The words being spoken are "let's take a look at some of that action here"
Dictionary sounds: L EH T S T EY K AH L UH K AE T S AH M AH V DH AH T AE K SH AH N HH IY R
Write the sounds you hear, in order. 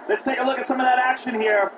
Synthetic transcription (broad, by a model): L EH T S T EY AH L UH K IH T S AH M AH V DH AH T AE K SH AH N HH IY R